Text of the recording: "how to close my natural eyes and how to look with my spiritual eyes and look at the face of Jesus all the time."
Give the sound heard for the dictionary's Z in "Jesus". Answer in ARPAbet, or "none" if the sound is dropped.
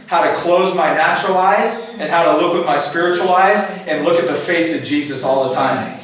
Z